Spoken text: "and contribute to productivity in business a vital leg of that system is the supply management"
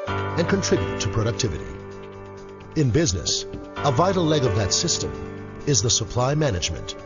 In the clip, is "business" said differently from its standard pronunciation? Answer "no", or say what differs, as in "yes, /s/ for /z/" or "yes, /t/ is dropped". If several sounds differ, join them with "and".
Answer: no